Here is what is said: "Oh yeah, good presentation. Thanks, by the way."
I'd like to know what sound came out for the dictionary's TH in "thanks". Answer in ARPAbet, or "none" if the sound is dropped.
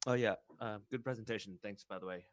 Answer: TH